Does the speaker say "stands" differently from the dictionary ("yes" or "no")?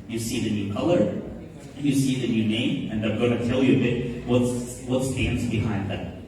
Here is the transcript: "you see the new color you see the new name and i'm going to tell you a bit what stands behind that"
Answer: no